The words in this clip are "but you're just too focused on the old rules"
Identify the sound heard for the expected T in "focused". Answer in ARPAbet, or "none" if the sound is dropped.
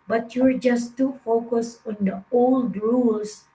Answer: none